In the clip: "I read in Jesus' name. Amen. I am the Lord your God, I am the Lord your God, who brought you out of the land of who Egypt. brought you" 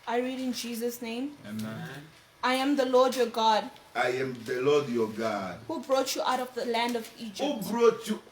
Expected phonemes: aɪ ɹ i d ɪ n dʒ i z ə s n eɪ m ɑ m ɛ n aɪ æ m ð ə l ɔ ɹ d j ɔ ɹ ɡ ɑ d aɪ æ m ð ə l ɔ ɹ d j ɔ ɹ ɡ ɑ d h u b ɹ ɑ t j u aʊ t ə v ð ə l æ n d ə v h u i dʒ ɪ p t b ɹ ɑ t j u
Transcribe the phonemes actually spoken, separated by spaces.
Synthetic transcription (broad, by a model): aɪ ɹ i d ɪ n dʒ i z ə s n eɪ m ɑ ɪ aɪ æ m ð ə l ɔ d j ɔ ɡ ɑ d aɪ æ m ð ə l ɔ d j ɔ ɡ ɑ d h u b ɹ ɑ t j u aʊ t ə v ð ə l æ n d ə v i dʒ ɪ b ɹ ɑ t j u